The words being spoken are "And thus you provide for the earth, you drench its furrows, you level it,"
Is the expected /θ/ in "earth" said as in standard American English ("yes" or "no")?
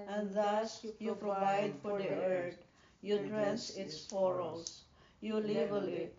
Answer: no